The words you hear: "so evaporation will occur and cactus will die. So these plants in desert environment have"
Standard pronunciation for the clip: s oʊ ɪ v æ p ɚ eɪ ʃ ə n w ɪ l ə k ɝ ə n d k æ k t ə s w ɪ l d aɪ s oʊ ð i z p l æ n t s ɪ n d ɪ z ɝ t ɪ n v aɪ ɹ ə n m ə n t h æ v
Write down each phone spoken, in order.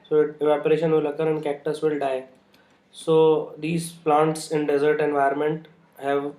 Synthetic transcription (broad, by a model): s oʊ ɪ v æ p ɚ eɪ ʃ ə n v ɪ l ə k ɝ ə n k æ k t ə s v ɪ l d aɪ s oʊ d i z p l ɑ n t s ɪ n d ɪ z ɝ t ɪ n v aɪ ə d m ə n t h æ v